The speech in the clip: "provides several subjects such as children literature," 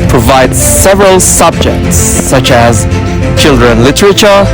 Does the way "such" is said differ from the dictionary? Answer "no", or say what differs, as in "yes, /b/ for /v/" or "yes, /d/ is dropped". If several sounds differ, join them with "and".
no